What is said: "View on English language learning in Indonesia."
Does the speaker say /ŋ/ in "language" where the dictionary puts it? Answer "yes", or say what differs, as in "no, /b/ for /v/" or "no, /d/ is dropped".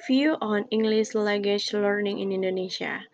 no, /ŋ/ is dropped